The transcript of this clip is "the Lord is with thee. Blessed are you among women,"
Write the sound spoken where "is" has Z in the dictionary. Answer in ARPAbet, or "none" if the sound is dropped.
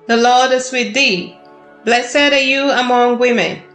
S